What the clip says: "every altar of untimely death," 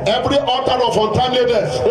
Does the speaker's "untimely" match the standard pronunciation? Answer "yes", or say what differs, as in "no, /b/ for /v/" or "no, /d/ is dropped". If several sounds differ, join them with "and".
no, /l/ is dropped